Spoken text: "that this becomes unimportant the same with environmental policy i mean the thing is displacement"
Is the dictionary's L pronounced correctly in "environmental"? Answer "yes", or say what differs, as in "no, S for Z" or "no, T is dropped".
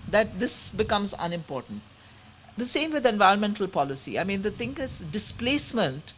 yes